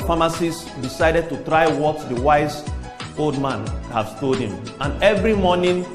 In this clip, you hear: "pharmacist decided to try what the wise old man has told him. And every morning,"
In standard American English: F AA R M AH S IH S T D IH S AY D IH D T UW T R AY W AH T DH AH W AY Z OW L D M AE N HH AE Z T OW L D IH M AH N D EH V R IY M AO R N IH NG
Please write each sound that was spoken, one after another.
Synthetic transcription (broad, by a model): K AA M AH S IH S D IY S AY D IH D T UW T R AY W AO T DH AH W AY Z OW L D M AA N HH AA S T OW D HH IH M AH N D EH V R IY M AO N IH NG